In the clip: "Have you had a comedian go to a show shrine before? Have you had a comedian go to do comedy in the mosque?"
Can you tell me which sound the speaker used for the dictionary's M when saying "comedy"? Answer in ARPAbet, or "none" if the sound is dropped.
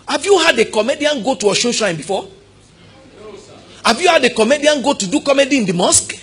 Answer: M